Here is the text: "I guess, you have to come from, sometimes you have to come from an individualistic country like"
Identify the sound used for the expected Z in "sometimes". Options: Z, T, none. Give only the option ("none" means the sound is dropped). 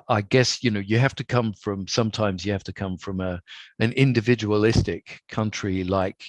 Z